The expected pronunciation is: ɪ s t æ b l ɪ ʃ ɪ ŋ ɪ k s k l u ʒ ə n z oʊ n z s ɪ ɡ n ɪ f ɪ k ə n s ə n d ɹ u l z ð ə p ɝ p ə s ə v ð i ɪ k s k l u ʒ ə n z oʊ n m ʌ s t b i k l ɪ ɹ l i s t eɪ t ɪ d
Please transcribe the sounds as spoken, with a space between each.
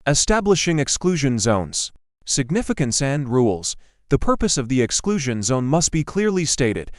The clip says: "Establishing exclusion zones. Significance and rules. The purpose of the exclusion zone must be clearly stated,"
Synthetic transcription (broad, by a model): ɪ s t æ b l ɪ ʃ ɪ ŋ ɪ k s k l u ʒ ə n z oʊ n z s ɪ ɡ n ɪ f ɪ k ə n s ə n ɹ u l z ð ə p ɝ p ə s ə v ð i ɪ k s k l u ʒ ə n z oʊ n m ʌ s t b i k l ɪ ɹ l i s t eɪ t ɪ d